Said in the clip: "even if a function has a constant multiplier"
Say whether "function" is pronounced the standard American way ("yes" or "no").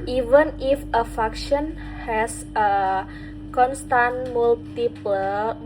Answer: no